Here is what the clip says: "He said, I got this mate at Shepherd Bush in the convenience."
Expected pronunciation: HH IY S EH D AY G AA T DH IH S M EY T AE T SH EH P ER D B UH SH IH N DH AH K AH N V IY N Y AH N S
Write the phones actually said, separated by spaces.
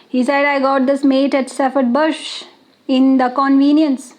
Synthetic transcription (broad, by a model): HH IY S EH D AY G AA T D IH S M EY T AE T S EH F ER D B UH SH IH N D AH K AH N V IY N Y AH N S